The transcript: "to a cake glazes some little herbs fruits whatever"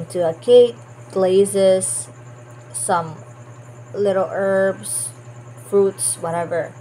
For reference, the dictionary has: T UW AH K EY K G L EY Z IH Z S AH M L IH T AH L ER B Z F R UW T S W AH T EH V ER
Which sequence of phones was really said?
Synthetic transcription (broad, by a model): T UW AH K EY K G L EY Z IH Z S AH M L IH T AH L ER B S F R UW T S W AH T EH V ER